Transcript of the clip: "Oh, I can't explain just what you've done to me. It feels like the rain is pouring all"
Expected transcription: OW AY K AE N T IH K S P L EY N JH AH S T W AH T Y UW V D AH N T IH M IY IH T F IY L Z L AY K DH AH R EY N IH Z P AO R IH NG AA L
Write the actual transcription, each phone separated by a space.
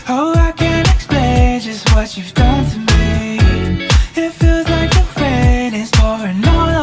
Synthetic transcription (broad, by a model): OW AY K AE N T IH K S P L EY N JH AH S T W AH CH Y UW V D AH N T IH M IY IH T F IY L Z L AY K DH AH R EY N IH Z F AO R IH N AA